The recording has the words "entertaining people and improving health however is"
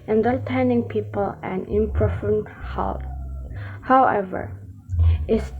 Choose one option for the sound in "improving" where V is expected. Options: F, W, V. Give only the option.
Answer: F